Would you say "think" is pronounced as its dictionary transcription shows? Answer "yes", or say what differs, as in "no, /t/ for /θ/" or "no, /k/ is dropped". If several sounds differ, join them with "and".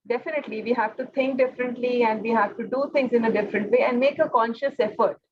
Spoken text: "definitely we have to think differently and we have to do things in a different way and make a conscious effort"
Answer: no, /t/ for /θ/